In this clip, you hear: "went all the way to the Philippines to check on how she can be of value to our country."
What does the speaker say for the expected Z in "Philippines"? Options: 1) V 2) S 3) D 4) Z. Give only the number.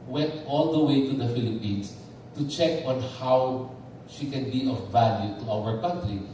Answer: 2